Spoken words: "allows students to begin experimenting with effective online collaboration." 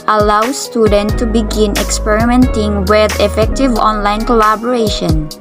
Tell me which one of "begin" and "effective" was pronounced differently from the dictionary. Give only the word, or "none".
none